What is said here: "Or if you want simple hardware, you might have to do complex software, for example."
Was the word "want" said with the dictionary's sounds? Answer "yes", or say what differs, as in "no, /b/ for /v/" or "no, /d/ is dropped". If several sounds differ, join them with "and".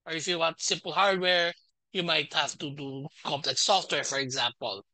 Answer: no, /n/ is dropped